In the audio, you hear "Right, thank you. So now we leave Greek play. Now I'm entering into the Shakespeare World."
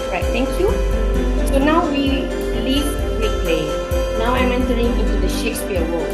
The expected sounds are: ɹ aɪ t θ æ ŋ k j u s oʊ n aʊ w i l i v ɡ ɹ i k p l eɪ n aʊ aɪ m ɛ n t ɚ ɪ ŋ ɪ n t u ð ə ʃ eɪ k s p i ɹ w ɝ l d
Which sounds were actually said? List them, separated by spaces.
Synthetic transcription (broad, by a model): ɹ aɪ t t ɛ ŋ k j u s oʊ n aʊ w i l i v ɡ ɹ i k p l eɪ n aʊ aɪ m ɛ n t ɚ ɪ ŋ ɪ n t u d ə ʃ eɪ k s p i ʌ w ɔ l